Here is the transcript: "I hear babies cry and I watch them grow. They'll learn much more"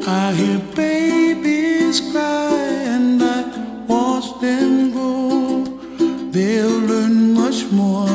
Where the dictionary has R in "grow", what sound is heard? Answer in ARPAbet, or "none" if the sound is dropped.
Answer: none